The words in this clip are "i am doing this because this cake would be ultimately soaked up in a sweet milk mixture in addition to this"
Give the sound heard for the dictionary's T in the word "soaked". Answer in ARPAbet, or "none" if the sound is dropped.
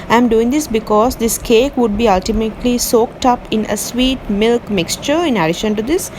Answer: T